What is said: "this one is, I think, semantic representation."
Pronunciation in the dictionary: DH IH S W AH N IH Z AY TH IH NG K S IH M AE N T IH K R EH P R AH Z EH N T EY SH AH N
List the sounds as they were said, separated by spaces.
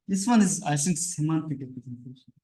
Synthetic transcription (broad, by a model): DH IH S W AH N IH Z AY S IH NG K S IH M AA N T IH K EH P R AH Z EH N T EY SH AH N